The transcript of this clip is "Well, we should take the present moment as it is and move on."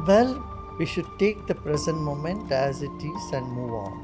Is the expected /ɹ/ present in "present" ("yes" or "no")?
yes